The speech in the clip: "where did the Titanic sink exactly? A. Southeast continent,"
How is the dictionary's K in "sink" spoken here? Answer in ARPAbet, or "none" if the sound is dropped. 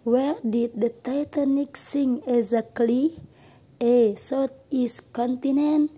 none